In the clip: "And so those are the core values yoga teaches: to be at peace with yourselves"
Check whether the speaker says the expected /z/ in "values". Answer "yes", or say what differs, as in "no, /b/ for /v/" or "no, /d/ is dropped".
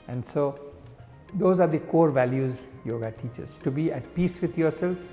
yes